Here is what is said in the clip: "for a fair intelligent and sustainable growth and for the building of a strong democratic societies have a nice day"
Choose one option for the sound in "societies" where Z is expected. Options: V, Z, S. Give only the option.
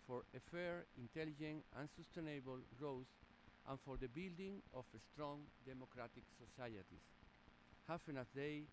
S